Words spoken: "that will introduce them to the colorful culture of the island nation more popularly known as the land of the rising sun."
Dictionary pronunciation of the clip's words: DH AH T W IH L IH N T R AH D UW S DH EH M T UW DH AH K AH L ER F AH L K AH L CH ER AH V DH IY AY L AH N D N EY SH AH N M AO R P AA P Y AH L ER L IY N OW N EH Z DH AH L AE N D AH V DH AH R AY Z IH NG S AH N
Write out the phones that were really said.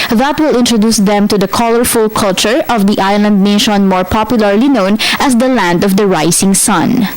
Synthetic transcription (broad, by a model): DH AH T W IH L IH N T R AH D UW S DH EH M T UW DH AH K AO L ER F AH L K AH L CH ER AH V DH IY AY L AH N D N EY SH AH N M AO R P AA P Y AH L ER L IY N OW N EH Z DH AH L AE N D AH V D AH R AY S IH NG S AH N